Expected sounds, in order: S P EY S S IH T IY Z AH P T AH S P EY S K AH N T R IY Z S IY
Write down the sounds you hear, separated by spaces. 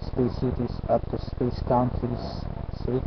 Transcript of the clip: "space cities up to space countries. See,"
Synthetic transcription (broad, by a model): S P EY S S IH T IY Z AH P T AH S P EY S K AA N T IY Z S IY